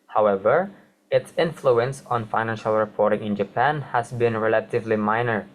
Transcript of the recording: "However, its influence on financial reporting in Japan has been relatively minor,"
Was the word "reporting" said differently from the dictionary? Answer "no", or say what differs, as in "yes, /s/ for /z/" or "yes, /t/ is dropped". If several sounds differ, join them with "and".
no